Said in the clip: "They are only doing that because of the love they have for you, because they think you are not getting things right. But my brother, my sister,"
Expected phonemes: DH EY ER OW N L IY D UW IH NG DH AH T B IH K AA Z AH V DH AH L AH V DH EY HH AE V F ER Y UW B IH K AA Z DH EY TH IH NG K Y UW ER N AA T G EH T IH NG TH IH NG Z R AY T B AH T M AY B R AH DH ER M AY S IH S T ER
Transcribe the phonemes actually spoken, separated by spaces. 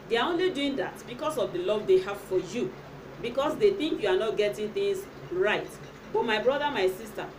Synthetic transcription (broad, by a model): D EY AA OW N L IY D UW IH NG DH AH T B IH K AA S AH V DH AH L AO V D EY HH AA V F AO Y UW B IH K AA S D EY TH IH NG K Y UW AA N AA T G EH T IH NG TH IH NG S R AY T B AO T M AY B R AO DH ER M AY S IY S T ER